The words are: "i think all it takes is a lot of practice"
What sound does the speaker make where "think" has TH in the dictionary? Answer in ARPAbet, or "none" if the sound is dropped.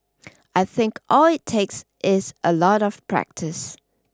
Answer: TH